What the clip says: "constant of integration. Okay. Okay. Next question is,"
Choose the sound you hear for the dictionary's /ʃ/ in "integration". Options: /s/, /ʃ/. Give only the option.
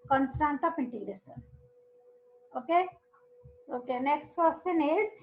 /s/